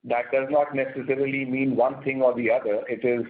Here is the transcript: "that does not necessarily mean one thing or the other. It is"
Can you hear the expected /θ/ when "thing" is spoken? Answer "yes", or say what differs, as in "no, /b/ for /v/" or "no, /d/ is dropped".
no, /t/ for /θ/